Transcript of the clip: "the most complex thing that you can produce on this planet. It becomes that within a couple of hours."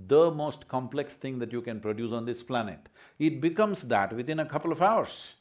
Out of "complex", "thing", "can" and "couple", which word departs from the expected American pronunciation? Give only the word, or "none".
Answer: thing